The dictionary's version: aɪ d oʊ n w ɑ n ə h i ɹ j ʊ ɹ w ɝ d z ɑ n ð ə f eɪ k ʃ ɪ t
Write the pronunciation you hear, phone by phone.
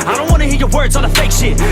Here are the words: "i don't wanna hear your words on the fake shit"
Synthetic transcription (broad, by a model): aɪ d oʊ n w ɑ n ə h i ɹ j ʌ ɹ w ɝ d z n ð ə f eɪ k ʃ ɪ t